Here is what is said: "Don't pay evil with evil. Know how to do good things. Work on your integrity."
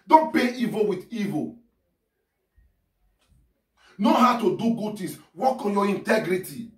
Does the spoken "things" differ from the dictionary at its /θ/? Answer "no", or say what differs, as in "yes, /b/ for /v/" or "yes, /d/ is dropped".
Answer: yes, /t/ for /θ/